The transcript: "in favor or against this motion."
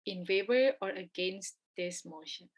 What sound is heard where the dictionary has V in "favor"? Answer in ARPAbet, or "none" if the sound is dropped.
B